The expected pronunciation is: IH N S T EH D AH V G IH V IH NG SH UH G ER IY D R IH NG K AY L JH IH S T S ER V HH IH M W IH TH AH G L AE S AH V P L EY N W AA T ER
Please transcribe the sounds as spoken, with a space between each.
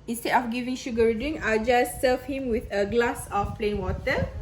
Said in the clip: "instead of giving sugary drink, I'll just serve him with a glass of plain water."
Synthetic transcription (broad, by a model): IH N S T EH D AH F G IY V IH NG SH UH G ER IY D IH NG AY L JH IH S S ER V HH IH M W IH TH AH G L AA S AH F P L EY N W AA T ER